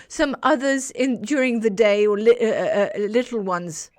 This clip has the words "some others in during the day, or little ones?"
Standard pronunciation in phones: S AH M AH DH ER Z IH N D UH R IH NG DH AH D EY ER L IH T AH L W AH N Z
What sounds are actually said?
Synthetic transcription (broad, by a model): S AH M AH DH ER Z IH N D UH R IH NG DH AH D EY ER L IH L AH L W AH N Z